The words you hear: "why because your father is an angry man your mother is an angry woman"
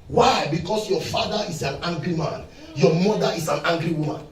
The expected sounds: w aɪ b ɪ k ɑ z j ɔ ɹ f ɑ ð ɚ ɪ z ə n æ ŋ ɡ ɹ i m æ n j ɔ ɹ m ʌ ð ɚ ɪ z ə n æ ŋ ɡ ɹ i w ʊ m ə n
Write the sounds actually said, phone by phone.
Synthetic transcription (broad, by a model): w aɪ b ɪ k ɑ s j ɔ f ɑ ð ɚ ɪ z ə n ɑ ŋ ɡ ɹ i m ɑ n j ɔ m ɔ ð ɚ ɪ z ə n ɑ ŋ ɡ ɹ i w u m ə n